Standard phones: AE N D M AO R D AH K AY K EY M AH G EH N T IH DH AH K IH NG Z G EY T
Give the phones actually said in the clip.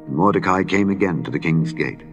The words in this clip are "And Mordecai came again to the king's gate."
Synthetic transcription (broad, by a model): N M AO R D AH K AY K EY M AH G EH N T IH DH AH K IH NG Z G EY T